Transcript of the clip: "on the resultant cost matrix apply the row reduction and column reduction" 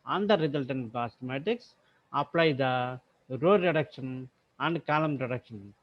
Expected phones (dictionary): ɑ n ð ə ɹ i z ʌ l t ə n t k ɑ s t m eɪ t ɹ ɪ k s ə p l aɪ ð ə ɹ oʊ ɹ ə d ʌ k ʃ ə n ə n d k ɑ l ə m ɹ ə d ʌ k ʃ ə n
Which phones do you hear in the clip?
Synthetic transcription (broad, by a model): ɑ n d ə ɹ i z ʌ l t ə n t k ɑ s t m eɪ t ɪ k s ə p l aɪ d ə ɹ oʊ ɹ ə d ʌ k ʃ ə n ə n d k ɑ l ə m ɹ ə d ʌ k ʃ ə n